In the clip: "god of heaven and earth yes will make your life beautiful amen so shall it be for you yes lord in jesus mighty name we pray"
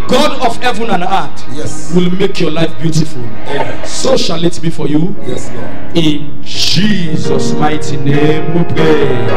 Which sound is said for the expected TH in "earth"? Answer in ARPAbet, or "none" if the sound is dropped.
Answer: T